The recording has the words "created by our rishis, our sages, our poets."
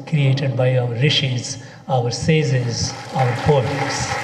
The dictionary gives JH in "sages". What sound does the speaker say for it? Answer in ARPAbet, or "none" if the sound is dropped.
Z